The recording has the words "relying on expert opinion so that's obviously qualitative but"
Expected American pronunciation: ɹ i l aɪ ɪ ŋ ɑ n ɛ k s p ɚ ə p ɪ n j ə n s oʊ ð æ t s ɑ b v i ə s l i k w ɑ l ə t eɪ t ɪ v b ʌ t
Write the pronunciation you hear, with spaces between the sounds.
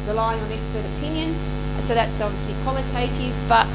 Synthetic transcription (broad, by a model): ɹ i l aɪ ɪ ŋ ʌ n ɛ k s p ɚ ə p ɪ n j ə n s oʊ ð æ t s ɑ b v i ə s l i k w ɑ l ə t eɪ t ɪ v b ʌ t